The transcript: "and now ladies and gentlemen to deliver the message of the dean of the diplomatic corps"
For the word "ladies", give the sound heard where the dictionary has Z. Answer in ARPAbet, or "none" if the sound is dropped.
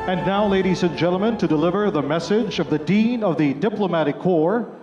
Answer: Z